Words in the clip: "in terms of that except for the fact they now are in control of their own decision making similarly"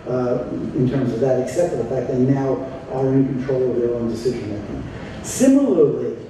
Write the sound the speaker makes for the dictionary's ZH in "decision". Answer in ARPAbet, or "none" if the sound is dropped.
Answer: ZH